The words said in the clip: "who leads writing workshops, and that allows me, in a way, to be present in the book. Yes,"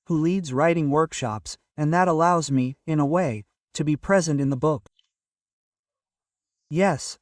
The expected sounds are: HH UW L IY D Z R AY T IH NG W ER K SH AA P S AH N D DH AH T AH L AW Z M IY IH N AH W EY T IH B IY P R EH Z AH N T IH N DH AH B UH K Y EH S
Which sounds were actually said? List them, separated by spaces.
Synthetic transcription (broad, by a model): HH UW L IY D Z R AY T IH NG W ER K SH AA P S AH N DH AH T AH L AW Z M IY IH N AH W EY T IH B IY P R EH Z AH N T IH N DH AH B UH K Y EH S